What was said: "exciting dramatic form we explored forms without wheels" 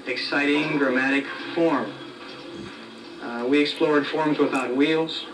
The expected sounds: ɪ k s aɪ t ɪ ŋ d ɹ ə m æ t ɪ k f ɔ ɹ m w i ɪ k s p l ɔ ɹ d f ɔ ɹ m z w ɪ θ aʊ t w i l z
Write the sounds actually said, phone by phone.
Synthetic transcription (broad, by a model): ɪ k s aɪ t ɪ ŋ d ɹ ə m æ t ɪ k f ɔ ɹ m w i ɪ k s p l ɔ ɹ d f ɔ ɹ m z w ɪ θ aʊ t w i l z